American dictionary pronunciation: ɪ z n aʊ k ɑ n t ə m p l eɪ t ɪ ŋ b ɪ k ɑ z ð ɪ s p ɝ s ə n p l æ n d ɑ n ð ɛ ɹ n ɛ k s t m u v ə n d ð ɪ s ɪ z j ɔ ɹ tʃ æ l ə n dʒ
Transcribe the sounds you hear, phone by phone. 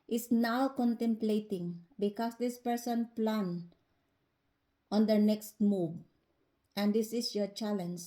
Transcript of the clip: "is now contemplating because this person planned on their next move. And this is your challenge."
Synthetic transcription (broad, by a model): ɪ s n aʊ k ɑ n t ə m p l eɪ t ɪ ŋ b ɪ k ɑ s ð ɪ s p ɝ s ə n p l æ n ɑ n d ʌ n ɛ k s t m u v ə n d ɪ s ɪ s j ɔ ɹ tʃ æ l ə n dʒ